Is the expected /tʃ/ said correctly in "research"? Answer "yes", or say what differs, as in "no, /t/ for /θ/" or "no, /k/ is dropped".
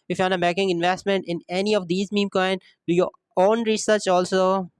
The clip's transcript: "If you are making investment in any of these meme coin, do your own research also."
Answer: yes